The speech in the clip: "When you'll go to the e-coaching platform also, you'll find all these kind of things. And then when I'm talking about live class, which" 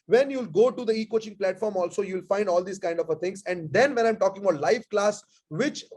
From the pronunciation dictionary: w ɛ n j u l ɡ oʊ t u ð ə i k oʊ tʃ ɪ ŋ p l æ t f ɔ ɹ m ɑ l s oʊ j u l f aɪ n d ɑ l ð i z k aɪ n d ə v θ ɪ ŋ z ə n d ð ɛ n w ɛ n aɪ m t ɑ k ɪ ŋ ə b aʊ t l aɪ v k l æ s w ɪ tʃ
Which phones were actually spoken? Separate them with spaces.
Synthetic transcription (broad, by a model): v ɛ n j u l ɡ oʊ t u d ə i k oʊ tʃ ɪ ŋ p l æ t f ɔ ɹ m ɑ l s oʊ j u l f aɪ n d ɑ l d i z k aɪ n d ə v t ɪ ŋ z ə n d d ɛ n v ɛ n aɪ m t ɑ k ɪ ŋ ə b aʊ t l aɪ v k l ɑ s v ɪ tʃ